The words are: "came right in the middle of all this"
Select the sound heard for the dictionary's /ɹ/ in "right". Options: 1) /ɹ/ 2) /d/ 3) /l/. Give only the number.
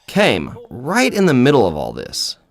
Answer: 1